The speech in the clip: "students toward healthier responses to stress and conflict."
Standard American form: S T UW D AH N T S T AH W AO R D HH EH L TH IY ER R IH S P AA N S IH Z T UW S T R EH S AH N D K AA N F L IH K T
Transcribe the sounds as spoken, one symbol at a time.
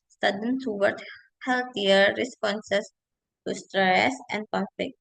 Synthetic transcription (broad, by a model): S T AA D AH N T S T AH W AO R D HH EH L T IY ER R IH S P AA N S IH S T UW S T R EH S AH N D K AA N F L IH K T